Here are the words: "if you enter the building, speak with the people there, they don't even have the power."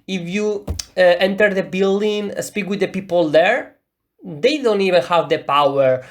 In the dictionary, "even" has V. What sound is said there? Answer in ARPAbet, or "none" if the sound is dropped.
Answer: V